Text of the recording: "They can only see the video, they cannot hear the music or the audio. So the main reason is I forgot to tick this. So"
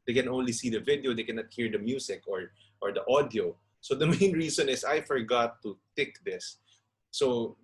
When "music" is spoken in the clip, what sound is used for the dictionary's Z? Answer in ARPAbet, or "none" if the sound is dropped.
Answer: S